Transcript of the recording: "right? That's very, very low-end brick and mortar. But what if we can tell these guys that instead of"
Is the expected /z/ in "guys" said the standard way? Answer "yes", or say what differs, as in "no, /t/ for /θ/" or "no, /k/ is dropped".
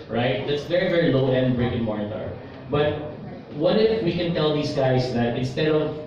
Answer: no, /s/ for /z/